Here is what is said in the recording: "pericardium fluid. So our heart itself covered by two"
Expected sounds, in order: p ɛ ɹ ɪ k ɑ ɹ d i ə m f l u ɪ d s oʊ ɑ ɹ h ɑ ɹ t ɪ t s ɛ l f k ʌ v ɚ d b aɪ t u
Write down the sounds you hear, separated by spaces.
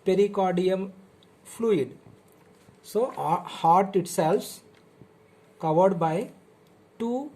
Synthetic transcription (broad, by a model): p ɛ ɹ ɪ k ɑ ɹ d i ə m f l u ɪ d s oʊ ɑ h ɑ ɹ t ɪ t s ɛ l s k ʌ v ɚ d b aɪ t u